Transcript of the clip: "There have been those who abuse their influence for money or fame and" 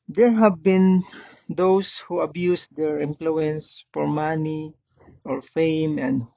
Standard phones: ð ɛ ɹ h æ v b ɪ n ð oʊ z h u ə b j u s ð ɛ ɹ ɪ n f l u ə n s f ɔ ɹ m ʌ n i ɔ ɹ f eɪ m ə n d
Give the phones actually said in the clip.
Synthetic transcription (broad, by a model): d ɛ ɹ h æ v b ɪ n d oʊ s h u ə b j u s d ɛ ɹ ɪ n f l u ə n s f ɔ ɹ m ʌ n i ɔ ɹ f eɪ m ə n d